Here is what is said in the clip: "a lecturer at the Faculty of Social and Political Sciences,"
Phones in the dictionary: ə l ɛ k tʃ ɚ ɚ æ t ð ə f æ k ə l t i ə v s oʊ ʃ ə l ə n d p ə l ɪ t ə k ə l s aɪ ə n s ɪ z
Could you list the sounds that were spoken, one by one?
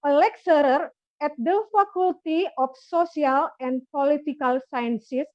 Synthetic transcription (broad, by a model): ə l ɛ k s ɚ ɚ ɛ t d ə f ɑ k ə l t i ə f s oʊ s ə l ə n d p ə l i t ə k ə l s aɪ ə n s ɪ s